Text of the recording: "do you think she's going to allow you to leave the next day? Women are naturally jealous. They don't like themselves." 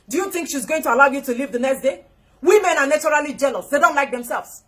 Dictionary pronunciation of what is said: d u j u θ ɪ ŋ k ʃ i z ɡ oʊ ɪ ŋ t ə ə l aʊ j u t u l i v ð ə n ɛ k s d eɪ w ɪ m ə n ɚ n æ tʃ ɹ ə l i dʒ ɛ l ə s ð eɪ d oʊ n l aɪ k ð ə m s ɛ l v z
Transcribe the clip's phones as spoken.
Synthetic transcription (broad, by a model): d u j u θ ɪ ŋ k ʃ i z ɡ oʊ ɪ ŋ t ə ə l aʊ j u t u l i v ð ə n ɛ k s d eɪ w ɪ m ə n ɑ n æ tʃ ɹ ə l i dʒ ɛ l ə s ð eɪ d oʊ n l aɪ k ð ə m s ɛ l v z